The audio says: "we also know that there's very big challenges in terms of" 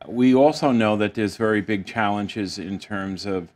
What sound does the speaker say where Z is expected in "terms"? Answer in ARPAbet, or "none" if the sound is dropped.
Z